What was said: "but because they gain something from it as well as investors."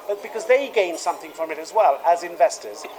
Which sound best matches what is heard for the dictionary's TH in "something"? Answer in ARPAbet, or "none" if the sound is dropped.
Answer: TH